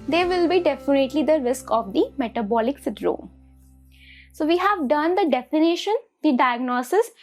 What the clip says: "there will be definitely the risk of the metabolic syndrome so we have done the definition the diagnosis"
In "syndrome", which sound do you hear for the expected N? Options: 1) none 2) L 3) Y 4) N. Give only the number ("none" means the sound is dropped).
1